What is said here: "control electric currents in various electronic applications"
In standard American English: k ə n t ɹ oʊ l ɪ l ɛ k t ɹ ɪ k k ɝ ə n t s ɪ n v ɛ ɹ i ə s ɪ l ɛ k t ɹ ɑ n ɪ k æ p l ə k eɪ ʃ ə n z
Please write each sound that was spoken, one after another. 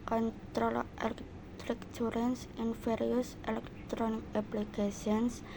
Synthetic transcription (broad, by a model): k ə n t ɹ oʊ l ɪ l ɛ k t ɹ ɪ k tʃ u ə n s ɪ n f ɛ ɹ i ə s ɪ l ɛ k t ɹ ɑ n ɪ k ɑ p l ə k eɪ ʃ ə n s